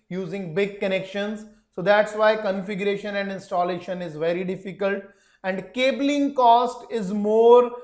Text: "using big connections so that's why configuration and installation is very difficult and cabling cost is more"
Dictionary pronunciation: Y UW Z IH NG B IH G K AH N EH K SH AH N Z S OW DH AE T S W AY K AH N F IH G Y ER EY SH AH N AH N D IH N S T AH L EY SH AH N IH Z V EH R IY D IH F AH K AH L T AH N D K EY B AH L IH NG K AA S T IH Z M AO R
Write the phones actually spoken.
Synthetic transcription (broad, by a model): Y UW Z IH NG B IH G K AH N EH K SH AH N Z S OW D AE T S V AY K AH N F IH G Y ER EY SH AH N AH N D IH N S T AH L EY SH AH N IH Z V EH R IY D IH F AH K AH L T AH N D K EY B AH L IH NG K AA S T IH Z M AO R